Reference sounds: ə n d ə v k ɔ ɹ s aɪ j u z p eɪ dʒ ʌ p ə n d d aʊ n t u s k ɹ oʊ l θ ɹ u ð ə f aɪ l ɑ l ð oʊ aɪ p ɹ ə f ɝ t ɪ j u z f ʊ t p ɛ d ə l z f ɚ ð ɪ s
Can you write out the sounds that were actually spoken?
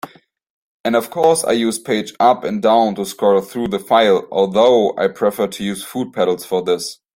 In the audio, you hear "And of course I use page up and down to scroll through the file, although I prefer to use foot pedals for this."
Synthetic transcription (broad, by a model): ə n d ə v k ɔ ɹ s aɪ j u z p eɪ dʒ ʌ p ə n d d aʊ n t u s k oʊ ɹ θ ɹ u ð ə f aɪ l ɑ l ð oʊ aɪ p ɹ ə f ɝ t ɪ j u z f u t p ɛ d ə l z f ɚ ð ɪ s